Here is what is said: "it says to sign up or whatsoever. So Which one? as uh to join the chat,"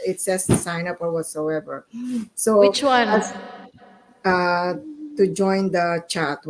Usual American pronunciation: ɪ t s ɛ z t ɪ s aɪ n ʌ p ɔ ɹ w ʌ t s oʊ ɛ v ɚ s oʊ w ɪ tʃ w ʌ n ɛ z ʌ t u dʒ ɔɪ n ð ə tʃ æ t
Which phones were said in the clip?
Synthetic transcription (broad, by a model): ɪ t s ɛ s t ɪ s aɪ n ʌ p ɔ ɹ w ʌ t s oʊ ɛ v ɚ s oʊ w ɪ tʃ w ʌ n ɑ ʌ t u dʒ ɔɪ n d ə tʃ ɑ t